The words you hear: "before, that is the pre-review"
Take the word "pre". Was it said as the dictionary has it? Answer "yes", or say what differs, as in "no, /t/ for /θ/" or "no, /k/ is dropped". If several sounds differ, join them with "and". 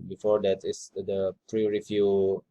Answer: yes